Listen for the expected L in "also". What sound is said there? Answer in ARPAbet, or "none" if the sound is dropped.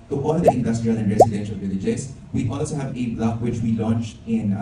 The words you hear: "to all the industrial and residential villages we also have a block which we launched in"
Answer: L